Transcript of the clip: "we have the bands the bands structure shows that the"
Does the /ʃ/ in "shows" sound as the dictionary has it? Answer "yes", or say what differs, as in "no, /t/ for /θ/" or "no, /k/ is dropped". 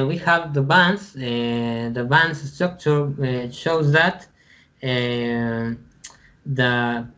yes